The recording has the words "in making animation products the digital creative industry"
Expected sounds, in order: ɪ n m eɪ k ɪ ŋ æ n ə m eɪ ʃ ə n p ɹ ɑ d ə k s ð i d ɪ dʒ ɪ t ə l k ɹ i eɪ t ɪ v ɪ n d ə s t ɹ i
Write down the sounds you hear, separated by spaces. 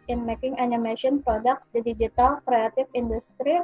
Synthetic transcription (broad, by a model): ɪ n m eɪ k ɪ ŋ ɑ n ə m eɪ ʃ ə n p ɹ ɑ d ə k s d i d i dʒ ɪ t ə l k ɹ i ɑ t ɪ f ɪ n d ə s t ɹ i